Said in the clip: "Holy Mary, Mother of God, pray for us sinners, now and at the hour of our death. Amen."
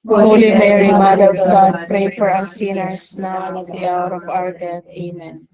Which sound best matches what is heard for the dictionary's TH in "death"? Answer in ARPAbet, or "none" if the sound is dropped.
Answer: T